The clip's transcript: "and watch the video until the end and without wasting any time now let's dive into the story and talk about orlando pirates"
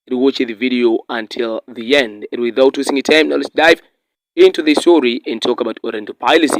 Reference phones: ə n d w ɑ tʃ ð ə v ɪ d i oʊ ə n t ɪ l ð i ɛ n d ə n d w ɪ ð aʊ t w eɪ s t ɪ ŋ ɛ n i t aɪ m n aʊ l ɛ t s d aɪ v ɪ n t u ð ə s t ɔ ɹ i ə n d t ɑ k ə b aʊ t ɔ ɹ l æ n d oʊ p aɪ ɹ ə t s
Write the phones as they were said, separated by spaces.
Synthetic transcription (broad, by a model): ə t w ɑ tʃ ð ə v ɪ d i oʊ ə n t ɪ l ð i ɛ n d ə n w ɪ ð aʊ t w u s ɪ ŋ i t aɪ m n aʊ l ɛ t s d aɪ v ɪ n t u ð ə s t ɔ ɹ i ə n t ɑ k ə b aʊ t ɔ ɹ ɛ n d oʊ p aɪ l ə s